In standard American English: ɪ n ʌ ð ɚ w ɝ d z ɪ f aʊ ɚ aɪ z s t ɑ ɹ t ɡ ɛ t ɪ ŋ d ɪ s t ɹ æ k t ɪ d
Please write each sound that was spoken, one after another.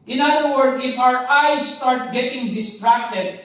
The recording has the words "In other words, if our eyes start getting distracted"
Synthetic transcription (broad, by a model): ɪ n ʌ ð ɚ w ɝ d ɪ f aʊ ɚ aɪ s t ɑ ɹ t ɡ ɛ t ɪ ŋ d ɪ s t ɹ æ k t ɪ d